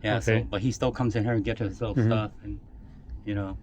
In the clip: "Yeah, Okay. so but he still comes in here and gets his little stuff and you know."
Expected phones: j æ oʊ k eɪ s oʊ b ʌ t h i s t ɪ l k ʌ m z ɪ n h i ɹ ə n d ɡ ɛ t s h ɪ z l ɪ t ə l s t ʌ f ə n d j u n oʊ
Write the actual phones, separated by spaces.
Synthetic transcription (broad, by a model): j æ s oʊ b ʌ t h i s t ɪ l k ʌ m z ɪ n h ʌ ɹ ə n ɡ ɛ t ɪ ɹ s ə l s t ʌ f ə n j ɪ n oʊ